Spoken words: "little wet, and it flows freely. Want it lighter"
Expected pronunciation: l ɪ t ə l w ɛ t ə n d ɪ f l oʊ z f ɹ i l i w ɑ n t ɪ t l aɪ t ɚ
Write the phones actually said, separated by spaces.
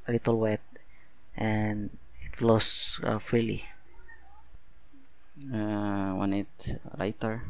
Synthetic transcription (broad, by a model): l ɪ t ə l w ɛ t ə n ɪ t l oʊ s f ɹ i l i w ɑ n ɪ t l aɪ t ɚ